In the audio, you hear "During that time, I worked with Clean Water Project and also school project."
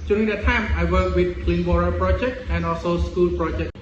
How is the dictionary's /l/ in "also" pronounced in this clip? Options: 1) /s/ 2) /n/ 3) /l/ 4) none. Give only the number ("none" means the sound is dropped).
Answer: 3